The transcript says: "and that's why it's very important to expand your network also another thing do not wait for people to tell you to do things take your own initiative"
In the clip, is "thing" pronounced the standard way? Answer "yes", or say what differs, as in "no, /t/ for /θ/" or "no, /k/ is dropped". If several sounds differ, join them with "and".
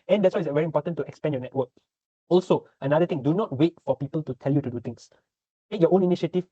no, /t/ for /θ/